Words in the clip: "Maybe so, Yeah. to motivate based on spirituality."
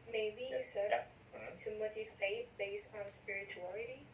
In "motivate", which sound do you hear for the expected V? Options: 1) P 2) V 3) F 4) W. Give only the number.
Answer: 3